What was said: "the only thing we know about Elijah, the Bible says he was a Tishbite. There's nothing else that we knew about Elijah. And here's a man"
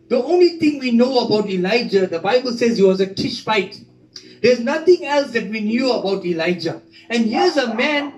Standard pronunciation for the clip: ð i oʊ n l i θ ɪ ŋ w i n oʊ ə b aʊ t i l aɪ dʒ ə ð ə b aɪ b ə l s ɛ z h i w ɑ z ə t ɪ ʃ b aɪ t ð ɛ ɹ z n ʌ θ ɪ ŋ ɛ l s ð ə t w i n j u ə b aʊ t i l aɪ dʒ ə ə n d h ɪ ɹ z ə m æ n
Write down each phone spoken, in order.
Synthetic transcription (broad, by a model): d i oʊ n l i t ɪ ŋ w i n oʊ ə b aʊ t i l aɪ dʒ ə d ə b aɪ b ə l s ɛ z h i w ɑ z ə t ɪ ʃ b aɪ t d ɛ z n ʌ t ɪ ŋ ɛ l s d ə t w i n j u ə b aʊ t i l aɪ dʒ ə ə n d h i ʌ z ə m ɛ n